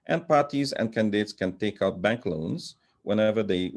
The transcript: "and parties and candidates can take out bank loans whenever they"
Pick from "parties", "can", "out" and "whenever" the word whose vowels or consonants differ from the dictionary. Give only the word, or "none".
none